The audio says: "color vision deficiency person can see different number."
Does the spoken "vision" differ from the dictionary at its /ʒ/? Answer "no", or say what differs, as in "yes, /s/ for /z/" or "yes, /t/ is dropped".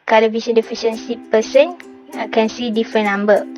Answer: yes, /s/ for /ʒ/